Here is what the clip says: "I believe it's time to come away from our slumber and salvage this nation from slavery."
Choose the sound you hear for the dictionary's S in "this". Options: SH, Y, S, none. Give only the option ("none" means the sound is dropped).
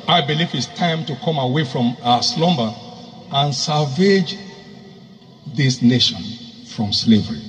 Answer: S